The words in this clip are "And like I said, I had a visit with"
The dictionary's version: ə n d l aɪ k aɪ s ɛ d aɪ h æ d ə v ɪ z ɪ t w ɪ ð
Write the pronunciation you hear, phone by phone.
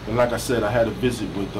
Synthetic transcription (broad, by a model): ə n l aɪ k aɪ s ɛ d aɪ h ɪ d ə v ɪ z ɪ t w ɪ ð